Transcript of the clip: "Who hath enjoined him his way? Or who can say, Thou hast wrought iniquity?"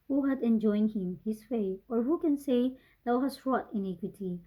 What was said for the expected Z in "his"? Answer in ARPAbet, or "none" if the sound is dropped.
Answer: S